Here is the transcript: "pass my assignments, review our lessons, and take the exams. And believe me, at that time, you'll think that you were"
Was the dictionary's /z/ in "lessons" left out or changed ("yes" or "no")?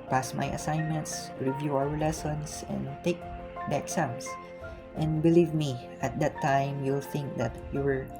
yes